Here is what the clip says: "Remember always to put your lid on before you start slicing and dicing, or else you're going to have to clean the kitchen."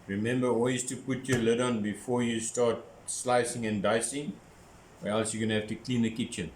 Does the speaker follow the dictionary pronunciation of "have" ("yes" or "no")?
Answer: no